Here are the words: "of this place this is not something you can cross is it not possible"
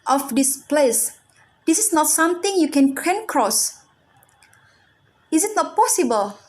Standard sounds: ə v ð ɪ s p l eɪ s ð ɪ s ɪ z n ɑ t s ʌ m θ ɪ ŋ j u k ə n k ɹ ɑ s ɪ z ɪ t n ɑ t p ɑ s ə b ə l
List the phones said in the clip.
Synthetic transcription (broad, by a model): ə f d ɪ s p l eɪ s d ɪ s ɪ s n ɑ t s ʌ m t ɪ ŋ j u k ə n k ɹ ɑ s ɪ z ɪ t n ɑ t p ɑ s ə b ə l